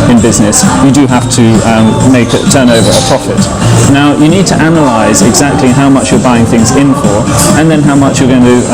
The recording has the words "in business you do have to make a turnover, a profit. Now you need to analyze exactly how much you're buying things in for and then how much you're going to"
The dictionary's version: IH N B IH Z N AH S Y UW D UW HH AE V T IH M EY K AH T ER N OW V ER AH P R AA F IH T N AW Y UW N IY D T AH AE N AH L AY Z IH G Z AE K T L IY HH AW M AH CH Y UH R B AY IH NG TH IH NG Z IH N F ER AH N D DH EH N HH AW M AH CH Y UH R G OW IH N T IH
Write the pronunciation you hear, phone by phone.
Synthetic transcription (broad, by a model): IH N B IH Z N AH S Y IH D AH HH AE F T IH M EY K AH T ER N OW V ER AH P R AA F IH T N AW Y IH N IY D T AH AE N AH L AY Z IH G Z AE K T L IY HH AW M AH CH Y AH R B AY IH NG TH IH NG Z IH N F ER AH N DH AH N HH AW M AH CH Y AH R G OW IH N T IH